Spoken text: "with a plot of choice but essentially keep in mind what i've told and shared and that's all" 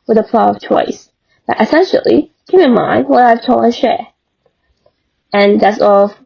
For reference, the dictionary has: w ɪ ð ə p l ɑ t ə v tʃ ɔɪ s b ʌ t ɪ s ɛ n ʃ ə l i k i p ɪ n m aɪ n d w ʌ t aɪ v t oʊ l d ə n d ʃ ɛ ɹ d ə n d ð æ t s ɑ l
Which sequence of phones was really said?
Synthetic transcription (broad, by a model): w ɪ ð ə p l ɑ ə v tʃ ɔɪ s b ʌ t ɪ s ɛ n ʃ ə l i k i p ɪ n m aɪ n d w ʌ t aɪ v t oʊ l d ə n ʃ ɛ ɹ ə n ð æ t s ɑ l